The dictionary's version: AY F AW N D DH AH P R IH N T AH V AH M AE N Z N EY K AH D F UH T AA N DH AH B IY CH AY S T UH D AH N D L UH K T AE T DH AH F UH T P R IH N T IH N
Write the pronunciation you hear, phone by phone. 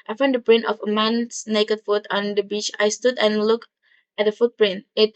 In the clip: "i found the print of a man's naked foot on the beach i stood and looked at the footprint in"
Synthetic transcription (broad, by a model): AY F AW N D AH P R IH N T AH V AH M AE N S N EY K AH D F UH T AA N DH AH B IY CH AY S T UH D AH N L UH K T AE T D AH F UH T P R IH N T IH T